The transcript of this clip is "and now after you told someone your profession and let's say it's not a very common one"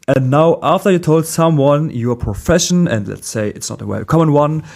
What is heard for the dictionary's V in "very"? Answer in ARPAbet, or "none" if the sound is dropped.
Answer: W